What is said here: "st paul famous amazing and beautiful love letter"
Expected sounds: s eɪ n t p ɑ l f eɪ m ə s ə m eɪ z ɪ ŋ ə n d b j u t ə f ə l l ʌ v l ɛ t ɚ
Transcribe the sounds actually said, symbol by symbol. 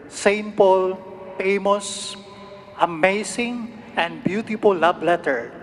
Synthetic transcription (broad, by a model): s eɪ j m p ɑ l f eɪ m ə s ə m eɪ s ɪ ŋ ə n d b j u t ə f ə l l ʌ b l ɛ t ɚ